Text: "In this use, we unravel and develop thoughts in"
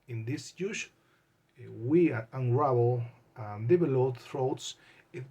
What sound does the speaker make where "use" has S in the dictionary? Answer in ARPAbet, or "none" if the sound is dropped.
SH